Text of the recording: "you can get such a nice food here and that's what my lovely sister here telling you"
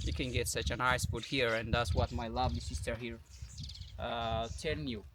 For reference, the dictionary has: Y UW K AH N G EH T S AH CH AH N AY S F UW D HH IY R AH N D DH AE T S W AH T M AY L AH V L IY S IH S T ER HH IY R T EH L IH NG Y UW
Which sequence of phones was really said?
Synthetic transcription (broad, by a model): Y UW K AH N G EH T S AH CH AH N AY S P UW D HH IY R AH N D DH AE T S W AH T M AY L AH V L IY S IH S T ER HH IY R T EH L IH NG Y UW